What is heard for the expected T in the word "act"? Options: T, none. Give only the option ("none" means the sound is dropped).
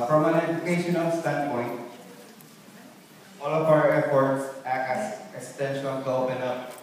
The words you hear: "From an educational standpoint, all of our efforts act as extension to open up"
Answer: none